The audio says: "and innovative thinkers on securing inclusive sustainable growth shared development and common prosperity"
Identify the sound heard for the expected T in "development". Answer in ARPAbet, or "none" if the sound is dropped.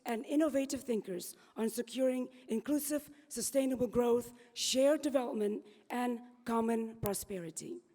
T